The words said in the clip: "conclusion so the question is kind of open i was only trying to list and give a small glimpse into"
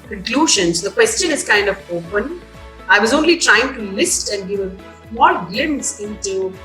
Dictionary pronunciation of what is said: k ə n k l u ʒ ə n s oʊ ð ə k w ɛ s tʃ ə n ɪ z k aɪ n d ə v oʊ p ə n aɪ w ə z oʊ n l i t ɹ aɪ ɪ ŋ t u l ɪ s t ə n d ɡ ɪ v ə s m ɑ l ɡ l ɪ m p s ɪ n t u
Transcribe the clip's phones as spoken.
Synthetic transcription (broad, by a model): k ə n k l u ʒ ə n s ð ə k w ɛ s tʃ ə n ɪ z k aɪ n d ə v oʊ p ə n aɪ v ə z oʊ n l i t ɹ aɪ ɪ ŋ t u l ɪ s t ə n d ɡ ɪ v ə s m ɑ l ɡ ɪ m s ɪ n t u